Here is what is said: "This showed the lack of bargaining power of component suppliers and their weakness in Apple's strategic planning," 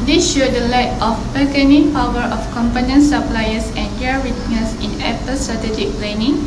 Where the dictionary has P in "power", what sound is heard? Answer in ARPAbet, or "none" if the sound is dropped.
P